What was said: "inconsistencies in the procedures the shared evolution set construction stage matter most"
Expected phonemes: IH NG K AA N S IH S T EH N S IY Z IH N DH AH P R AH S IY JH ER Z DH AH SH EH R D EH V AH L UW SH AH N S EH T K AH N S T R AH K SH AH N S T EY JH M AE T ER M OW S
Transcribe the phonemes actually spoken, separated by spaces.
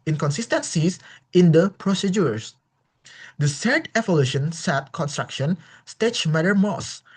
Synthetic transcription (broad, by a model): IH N K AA N S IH S T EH N S IY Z IH N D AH P R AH S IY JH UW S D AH S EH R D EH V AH L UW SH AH N S EH T K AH N S T R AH K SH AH N S T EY CH M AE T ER M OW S